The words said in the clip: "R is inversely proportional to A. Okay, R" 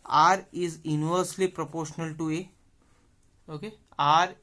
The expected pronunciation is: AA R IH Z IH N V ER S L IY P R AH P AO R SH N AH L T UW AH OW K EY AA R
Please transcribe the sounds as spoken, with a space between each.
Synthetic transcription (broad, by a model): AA R IH Z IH N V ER S L IY P R AH P AO R SH N AH L T UW AH OW K EY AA R